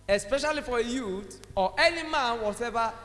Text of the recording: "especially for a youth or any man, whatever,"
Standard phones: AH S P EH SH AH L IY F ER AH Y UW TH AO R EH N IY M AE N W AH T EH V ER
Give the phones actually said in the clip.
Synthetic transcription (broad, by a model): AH S P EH SH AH L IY F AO AH Y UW T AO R EH N IY M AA N W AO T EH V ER